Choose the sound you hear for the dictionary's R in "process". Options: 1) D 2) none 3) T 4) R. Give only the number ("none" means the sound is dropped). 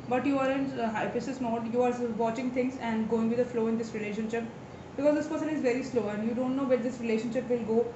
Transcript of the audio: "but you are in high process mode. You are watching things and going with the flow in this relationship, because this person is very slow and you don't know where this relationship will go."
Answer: 2